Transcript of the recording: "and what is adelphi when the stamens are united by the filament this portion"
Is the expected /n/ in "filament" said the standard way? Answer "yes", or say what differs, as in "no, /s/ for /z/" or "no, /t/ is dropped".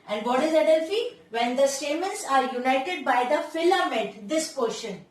no, /n/ is dropped